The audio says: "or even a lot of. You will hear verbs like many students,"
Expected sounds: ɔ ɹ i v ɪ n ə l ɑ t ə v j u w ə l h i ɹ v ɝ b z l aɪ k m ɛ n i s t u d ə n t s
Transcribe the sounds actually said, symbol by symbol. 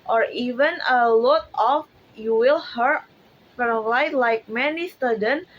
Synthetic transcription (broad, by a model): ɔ ɹ i v ɪ n ə l ɑ t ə f j u w ə l h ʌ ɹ f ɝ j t l aɪ k m ɛ n i s t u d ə n